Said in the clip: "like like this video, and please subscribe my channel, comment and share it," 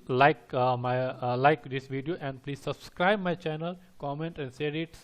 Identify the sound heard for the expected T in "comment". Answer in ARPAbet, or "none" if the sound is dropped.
T